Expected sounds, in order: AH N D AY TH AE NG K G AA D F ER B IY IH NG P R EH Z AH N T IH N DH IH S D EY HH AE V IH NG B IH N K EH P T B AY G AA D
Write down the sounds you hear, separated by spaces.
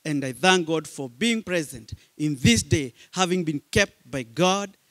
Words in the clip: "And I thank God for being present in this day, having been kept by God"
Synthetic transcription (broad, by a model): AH N D AY TH AE NG K G AA D F ER B IY IH NG P R EH Z AH N T IH N DH IH S D EY HH AE V IH NG B IH N K EH P T B AY G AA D